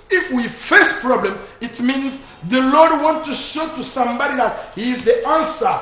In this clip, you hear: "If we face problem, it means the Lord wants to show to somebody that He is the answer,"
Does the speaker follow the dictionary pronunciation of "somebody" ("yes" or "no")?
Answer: yes